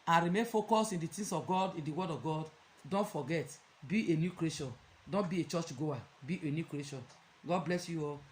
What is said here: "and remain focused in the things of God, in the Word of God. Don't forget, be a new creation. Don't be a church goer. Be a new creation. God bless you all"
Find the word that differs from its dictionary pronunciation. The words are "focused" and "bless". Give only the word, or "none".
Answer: focused